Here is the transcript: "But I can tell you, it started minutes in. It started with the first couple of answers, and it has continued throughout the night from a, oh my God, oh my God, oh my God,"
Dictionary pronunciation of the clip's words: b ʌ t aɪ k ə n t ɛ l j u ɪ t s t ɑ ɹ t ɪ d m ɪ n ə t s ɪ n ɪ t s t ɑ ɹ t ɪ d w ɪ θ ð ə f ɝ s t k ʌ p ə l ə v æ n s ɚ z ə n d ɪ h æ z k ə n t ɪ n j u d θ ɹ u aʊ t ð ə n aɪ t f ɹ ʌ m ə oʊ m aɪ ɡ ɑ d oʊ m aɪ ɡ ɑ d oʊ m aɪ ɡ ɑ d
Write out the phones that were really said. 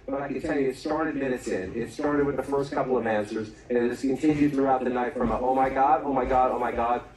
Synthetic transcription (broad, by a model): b ʌ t aɪ k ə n t ɛ l j u ɪ t s t ɑ ɹ t ɪ d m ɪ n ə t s ɪ n ɪ t s t ɑ ɹ t ɪ d w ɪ ð ə f ɝ s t k ʌ p l ə v æ n s ɚ z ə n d ɪ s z k ə n t ɪ n j u d θ ɹ u aʊ t ð ə n aɪ t f ɹ ʌ m ə oʊ m aɪ ɡ ɑ d oʊ m aɪ ɡ ɑ d oʊ m aɪ ɡ ɑ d